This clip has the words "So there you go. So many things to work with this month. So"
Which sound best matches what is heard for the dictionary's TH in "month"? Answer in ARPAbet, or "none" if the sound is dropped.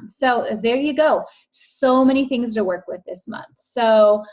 TH